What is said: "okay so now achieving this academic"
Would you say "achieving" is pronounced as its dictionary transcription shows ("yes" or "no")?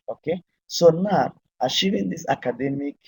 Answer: no